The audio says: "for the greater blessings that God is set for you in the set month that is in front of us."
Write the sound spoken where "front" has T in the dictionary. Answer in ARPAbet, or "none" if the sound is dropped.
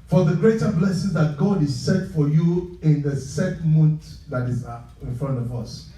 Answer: T